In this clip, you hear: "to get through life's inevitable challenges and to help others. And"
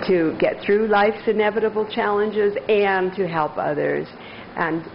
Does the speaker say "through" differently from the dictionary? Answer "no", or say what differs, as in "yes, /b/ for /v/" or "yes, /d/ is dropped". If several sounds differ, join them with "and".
no